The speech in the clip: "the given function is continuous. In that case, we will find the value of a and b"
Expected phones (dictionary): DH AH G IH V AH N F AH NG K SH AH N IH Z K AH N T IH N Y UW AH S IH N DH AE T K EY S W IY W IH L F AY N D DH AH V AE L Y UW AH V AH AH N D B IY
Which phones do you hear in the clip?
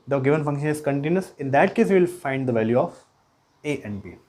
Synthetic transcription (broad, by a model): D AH G IH V AH N F AH NG K SH AH N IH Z K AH N T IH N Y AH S IH N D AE T K EY S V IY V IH L F AY N D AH V AE L Y UW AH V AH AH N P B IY